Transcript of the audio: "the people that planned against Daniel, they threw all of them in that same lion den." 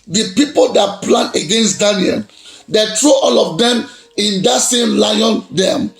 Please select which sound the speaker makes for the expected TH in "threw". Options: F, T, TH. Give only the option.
T